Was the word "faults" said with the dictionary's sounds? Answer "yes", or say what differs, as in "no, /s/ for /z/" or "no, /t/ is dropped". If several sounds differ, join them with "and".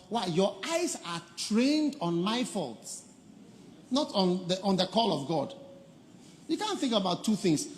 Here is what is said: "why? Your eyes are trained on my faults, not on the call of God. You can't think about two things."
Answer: yes